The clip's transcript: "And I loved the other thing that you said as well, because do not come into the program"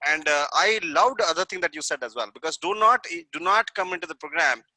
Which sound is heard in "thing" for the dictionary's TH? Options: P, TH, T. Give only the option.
T